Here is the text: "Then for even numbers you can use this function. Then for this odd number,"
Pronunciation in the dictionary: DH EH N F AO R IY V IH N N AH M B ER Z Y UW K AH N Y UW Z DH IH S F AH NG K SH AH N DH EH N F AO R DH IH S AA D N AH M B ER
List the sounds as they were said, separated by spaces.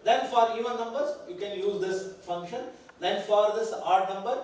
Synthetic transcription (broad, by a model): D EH N F AO R IY V IH N N AH M B ER Z Y UW K AH N Y UW Z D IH S F AH NG K SH AH N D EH N F AO R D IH S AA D N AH M B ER